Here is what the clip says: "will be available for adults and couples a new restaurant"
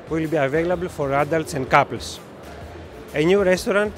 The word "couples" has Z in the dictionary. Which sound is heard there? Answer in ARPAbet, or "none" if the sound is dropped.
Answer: S